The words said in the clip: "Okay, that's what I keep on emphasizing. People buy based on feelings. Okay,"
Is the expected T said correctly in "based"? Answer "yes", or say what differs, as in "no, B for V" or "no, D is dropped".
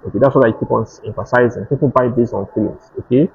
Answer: no, T is dropped